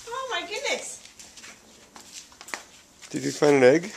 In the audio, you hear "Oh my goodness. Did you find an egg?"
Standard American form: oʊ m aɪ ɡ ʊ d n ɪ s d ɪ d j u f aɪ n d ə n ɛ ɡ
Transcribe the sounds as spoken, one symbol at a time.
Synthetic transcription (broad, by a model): oʊ m aɪ ɡ ʊ d n ɪ s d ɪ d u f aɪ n ə l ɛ ɡ